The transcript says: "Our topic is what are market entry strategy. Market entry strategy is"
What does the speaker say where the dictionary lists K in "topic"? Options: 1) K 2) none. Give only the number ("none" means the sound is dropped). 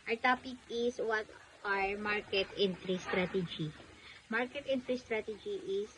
1